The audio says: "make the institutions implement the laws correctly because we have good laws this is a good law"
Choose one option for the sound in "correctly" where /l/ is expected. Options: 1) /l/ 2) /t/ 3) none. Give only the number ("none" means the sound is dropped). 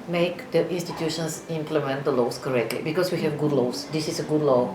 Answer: 1